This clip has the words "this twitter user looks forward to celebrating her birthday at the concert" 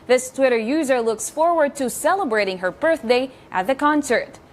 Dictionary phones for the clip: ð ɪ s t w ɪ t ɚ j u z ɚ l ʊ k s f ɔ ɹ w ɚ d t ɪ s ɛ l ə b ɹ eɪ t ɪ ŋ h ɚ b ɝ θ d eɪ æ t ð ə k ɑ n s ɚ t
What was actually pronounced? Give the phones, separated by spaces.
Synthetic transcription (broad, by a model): ð ɪ s t w ɪ t ɚ j u z ɚ l ʊ k s f ɔ ɹ w ɚ d t ɪ s ɛ l ə b ɹ eɪ t ɪ ŋ h ɚ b ɝ θ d eɪ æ t ð ə k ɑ n s ɚ t